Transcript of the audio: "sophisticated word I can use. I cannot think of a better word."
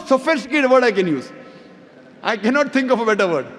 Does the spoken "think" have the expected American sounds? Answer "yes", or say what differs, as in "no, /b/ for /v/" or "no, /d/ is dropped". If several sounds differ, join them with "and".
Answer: no, /t/ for /θ/